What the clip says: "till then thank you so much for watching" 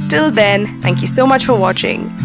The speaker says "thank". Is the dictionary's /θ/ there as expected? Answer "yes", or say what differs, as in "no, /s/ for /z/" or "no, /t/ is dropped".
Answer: yes